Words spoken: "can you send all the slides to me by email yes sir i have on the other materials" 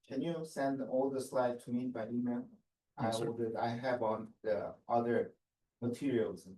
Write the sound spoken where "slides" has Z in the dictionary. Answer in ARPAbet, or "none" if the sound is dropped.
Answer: none